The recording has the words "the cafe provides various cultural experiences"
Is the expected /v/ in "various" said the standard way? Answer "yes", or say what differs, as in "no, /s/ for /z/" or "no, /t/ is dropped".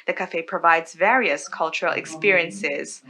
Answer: yes